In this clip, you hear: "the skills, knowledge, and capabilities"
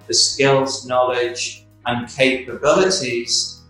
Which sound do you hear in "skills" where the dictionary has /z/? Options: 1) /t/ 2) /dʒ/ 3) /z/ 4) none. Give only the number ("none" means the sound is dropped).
3